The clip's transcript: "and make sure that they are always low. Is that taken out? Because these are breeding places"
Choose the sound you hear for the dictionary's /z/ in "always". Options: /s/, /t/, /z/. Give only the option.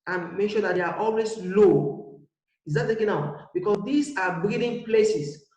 /s/